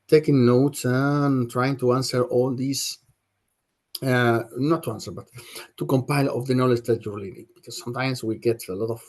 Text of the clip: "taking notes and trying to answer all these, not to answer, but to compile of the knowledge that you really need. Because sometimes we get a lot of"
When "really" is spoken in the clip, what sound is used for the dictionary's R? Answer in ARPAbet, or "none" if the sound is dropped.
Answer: L